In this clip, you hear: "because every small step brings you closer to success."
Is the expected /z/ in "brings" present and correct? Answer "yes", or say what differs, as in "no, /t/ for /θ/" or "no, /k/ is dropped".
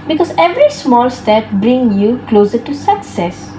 no, /z/ is dropped